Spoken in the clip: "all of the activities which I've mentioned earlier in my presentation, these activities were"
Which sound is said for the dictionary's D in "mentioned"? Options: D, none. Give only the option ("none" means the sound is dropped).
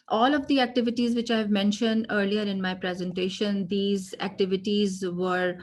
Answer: D